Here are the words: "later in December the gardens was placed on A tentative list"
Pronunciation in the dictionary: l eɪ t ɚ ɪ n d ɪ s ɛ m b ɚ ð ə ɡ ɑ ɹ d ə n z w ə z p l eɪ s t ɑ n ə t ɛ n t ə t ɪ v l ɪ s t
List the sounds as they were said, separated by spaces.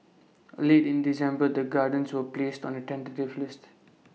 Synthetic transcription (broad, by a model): l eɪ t ɪ n d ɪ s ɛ m b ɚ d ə ɡ ɑ d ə n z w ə p l eɪ s t ɑ n ə t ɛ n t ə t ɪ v l ɪ s t